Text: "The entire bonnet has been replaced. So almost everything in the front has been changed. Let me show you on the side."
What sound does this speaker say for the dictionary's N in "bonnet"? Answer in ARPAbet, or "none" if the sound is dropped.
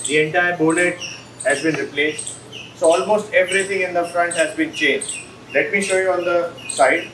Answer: L